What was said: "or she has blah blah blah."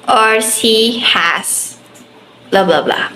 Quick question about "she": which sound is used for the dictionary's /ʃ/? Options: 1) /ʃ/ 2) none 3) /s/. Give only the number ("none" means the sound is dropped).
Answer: 3